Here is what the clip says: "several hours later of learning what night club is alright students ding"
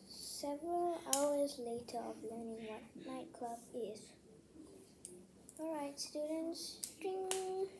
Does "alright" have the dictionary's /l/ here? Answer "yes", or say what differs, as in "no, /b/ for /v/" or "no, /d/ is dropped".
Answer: yes